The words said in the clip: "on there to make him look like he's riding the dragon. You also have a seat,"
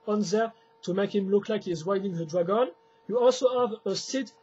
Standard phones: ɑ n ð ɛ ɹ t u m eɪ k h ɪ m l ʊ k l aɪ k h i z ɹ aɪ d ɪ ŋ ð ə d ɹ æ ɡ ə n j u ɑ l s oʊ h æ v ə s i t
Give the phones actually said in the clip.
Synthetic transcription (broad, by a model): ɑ n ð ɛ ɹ t u m eɪ k h ɪ m l ʊ k l aɪ k h i z w aɪ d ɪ ŋ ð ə d ɹ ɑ ɡ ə n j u ɑ l s oʊ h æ v ə s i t